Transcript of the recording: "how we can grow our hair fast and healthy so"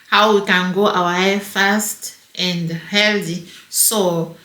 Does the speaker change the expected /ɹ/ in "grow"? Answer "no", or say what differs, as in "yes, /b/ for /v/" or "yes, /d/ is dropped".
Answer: yes, /ɹ/ is dropped